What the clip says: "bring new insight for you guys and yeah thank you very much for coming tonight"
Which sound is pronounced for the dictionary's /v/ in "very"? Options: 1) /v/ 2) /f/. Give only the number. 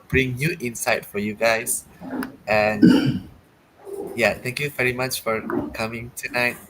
1